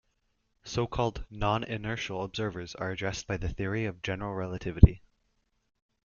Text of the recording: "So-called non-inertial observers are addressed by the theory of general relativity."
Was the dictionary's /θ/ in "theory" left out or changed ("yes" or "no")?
no